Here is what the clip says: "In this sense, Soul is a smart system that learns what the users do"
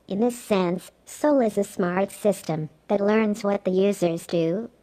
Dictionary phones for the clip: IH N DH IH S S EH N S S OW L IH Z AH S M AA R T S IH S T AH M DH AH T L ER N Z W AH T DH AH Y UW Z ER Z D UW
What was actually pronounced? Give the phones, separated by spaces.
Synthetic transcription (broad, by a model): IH N DH IH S S EH N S S OW L IH Z AH S M AA R T S IH S T AH M DH AH T L ER N Z W AH T DH AH Y UW Z ER Z D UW